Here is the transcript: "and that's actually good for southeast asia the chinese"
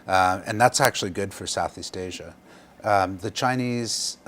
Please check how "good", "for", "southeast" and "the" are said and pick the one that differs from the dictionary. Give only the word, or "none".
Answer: none